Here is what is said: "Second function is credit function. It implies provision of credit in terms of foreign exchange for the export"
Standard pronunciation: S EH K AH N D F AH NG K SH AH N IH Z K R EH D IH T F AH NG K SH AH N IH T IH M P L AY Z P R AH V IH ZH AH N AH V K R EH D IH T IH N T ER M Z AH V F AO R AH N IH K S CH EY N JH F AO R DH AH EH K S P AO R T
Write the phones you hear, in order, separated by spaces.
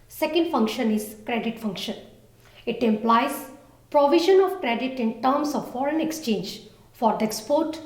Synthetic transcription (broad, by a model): S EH K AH N D F AH NG K SH AH N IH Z K R EH D IH T F AH NG K SH AH N IH T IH M P L AY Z P R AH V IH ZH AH N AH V K R EH D IH T IH N T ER M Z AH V F AO R AH N IH K S CH EY N JH F AO R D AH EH K S P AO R T